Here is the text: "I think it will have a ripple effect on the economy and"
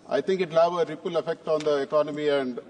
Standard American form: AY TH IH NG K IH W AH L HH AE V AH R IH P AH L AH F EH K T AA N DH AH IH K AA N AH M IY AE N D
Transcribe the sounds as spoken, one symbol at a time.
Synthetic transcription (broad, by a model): AY T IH NG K IH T L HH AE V AH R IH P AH L AH F EH K T AA N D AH IH K AA N AH M IY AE N D